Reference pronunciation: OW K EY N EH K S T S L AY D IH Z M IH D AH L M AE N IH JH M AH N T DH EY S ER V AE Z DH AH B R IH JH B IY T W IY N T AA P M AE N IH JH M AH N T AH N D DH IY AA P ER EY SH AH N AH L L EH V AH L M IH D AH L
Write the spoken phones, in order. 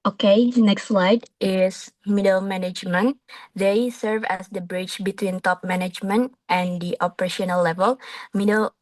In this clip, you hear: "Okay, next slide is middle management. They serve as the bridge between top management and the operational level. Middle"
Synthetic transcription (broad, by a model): OW K EY N EH K S T S L AY D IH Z M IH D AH L M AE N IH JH M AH N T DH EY S ER V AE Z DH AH B R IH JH B IY T W IY N T AA P M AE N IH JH M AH N T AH N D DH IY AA P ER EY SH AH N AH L L EH V AH L M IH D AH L